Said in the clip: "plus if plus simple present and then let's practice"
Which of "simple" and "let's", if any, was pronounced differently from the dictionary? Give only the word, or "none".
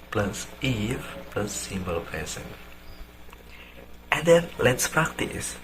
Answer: simple